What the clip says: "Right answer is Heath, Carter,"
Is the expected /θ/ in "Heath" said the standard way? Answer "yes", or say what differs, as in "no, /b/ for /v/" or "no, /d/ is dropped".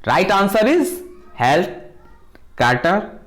no, /t/ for /θ/